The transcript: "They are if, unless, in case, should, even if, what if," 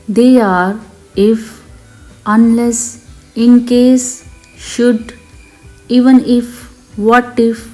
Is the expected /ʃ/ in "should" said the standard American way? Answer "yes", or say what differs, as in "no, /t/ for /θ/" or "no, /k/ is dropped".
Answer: yes